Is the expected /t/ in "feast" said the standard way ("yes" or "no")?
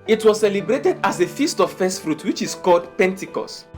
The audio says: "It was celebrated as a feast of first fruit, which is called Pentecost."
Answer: yes